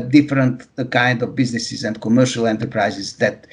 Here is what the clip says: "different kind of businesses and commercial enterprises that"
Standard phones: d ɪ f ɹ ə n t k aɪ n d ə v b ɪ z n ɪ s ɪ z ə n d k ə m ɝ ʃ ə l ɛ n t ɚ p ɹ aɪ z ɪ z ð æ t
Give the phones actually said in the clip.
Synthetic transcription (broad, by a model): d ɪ f ɹ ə n t k aɪ n d ə v b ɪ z n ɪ s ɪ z ə n d k ə m ɝ ʃ ə l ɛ n t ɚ p ɹ aɪ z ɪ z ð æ t